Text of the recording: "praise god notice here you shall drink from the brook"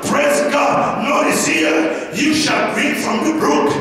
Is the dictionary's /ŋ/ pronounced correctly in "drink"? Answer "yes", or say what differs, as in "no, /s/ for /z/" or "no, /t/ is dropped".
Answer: no, /ŋ/ is dropped